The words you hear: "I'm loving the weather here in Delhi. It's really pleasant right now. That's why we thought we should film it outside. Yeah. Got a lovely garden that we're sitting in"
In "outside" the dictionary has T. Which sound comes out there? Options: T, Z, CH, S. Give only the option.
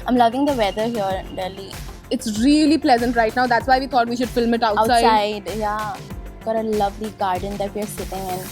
S